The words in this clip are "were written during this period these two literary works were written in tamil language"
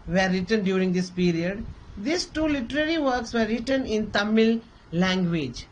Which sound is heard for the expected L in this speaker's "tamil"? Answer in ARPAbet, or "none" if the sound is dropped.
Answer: L